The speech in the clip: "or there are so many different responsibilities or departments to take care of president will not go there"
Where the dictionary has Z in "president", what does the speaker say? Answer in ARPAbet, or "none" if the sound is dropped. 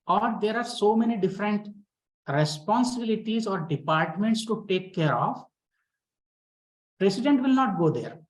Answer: S